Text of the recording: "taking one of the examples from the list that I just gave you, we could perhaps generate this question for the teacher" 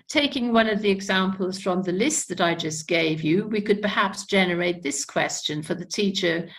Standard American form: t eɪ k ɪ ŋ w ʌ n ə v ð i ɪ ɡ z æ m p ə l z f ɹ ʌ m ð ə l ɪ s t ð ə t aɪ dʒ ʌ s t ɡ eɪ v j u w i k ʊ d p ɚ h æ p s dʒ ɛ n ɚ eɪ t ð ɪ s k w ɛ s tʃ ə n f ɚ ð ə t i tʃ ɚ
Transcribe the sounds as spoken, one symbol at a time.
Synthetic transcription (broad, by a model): t eɪ k ɪ ŋ w ʌ n ə v ð i ɪ ɡ z æ m p ə l z f ɹ ʌ m ð ə l ɪ s t ð ə t aɪ dʒ ʌ s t ɡ eɪ v j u w i k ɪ d p ɚ h æ p s dʒ ɛ n ɚ eɪ t ð ɪ s k w ɛ s tʃ ə n f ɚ ð ə t i tʃ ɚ